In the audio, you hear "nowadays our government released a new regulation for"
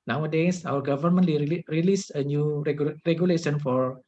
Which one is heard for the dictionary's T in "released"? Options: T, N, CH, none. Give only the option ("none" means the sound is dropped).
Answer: none